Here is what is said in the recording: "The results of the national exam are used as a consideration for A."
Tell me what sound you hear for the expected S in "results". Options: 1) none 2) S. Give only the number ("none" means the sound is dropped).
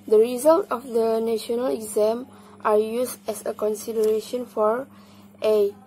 1